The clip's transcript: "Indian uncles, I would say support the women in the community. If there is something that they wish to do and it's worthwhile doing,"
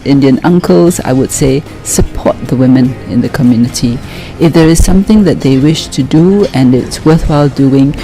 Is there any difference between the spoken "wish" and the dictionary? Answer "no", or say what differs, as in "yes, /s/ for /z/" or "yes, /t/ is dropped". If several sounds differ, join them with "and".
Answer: no